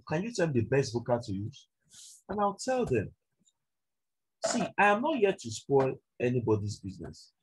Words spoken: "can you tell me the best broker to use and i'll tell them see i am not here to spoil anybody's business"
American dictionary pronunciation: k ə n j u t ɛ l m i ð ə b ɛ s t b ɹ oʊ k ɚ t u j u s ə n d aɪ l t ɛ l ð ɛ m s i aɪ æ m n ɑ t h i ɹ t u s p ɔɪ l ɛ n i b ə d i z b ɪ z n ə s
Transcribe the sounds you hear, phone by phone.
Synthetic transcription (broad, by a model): k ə n j u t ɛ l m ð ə b ɛ s t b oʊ k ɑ t u j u ə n aɪ l t ɛ l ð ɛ m s i aɪ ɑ m n ɑ t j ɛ t u s p ɔɪ l ɛ n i b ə d i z b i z n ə s